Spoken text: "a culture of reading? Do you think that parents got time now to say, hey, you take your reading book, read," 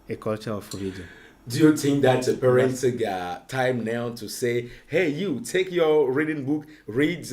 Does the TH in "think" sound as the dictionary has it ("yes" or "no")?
no